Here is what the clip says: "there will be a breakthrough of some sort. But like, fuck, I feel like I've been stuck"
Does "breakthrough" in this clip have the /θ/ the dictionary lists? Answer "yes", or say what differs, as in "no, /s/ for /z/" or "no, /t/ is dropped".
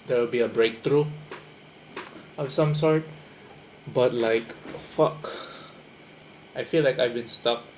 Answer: no, /t/ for /θ/